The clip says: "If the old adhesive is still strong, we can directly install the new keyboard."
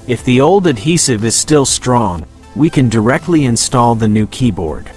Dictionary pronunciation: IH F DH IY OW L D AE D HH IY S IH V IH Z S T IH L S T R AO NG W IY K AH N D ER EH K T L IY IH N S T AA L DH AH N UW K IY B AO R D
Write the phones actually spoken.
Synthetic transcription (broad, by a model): IH F DH IY OW L D AE D HH IY S IH V IH Z S T IH L S T R AO NG W IY K AH N D ER EH K T L IY IH N S T AA L DH AH N UW K IY B AO R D